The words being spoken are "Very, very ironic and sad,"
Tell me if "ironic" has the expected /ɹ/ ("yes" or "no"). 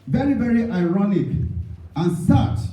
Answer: yes